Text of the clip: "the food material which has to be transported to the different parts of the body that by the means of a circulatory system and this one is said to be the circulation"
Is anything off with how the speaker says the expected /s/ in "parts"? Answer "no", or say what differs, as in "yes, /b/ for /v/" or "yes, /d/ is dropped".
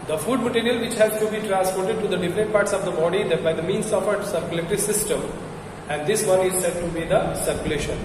no